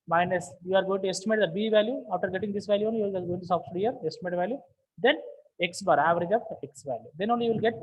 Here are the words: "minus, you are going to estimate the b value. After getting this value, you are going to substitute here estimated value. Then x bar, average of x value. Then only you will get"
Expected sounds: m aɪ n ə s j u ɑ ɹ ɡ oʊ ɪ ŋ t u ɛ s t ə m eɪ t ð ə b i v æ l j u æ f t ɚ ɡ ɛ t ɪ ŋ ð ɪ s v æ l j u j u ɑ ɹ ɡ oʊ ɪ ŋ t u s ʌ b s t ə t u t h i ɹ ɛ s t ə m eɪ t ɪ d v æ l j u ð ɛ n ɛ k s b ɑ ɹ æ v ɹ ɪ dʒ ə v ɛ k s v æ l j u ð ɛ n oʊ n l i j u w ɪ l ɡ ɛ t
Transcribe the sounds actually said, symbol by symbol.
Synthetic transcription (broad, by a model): m aɪ n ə s j u ɑ ɹ ɡ oʊ ɪ ŋ t u ɛ s t ə m eɪ t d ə b i v æ l j u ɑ f t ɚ ɡ ɛ t ɪ ŋ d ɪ s v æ l j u j u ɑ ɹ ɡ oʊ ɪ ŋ t u s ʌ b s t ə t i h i ɹ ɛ s t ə m eɪ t v æ l j u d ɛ n ɛ k s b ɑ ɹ æ v ɹ ɪ dʒ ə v ɛ k s v æ l j u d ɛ n oʊ n l i j u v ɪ l ɡ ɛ t